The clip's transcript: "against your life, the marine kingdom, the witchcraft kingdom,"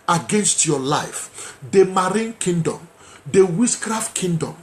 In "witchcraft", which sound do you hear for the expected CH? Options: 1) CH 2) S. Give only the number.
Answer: 2